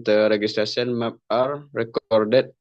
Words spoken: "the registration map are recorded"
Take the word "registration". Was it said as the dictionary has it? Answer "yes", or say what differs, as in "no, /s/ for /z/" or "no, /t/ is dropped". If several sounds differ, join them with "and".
no, /s/ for /ʃ/